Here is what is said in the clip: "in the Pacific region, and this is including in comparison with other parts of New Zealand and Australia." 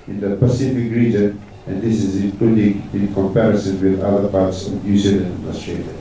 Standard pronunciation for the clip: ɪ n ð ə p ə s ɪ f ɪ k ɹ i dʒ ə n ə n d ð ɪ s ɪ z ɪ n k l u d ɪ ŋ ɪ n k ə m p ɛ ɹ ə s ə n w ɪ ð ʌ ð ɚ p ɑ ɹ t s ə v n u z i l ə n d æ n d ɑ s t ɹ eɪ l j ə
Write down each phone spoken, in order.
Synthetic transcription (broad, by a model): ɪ n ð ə p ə s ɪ f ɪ k ɹ i dʒ ə n ə n d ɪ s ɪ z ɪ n k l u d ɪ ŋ ɪ n k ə m p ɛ ɹ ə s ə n w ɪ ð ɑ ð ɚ p ɑ ɹ t s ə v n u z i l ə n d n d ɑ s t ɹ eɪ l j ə